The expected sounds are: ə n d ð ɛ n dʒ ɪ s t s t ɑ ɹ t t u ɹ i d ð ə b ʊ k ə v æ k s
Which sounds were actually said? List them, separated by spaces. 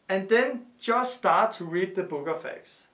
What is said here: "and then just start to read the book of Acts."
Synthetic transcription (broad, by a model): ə n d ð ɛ n dʒ ɪ s t s t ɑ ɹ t t u ɹ i d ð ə b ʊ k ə f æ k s